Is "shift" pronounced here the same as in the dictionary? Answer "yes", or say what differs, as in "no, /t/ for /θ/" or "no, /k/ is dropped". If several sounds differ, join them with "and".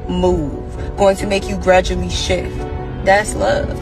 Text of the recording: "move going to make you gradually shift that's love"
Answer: yes